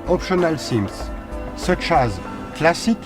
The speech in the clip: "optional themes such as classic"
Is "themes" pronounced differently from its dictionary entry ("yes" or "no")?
yes